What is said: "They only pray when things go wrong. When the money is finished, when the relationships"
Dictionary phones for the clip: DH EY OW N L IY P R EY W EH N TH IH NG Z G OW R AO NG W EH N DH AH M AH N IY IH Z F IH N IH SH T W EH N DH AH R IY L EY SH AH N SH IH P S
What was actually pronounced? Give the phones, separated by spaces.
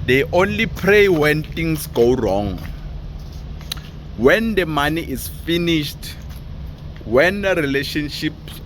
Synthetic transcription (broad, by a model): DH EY OW N L IY P R EY W EH N T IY NG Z G OW R AO NG W EH N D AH M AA N IY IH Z F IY N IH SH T W EH N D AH R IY L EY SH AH N SH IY P S